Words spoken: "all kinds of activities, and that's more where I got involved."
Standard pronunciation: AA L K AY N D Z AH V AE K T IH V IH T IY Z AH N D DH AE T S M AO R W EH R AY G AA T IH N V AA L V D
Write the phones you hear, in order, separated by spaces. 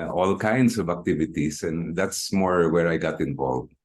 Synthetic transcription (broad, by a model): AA L K AY N D S AH V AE K T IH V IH T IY S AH N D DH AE T S M AO R W EH R AY G AA T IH N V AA L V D